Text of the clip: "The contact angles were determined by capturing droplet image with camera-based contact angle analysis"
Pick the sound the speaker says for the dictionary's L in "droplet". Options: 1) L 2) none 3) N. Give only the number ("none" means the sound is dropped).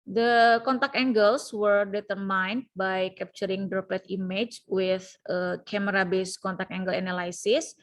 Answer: 2